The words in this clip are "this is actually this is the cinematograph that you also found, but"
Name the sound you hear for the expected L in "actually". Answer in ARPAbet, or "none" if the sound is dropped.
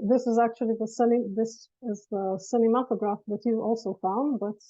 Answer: N